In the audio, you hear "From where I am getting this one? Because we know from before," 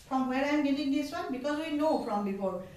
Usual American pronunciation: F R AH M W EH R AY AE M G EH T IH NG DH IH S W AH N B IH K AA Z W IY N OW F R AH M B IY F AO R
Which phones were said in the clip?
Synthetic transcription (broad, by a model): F R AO M W EH R AY M G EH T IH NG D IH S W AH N B IH K AA Z W IY N OW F R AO M B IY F AO R